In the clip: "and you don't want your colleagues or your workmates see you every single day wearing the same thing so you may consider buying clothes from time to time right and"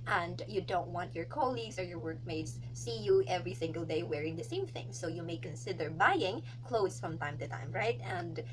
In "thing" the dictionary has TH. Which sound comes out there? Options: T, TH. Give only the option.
TH